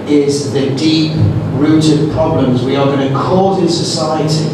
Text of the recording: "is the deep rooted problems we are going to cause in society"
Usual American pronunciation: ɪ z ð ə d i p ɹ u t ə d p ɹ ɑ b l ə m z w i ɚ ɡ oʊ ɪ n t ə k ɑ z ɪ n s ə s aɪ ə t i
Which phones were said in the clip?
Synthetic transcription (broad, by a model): ɪ z ð ə d i p ɹ u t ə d p ɹ ɑ b l ə m z w i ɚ ɡ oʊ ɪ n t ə k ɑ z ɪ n s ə s aɪ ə t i